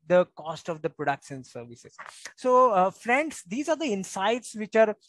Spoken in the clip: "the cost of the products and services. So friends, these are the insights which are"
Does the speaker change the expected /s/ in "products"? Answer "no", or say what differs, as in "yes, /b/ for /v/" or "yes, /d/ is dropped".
yes, /ʃ/ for /s/